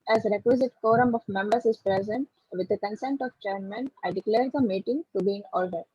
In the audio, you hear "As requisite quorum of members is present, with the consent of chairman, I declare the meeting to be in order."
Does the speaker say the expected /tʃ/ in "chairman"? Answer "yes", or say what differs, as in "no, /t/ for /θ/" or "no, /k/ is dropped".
yes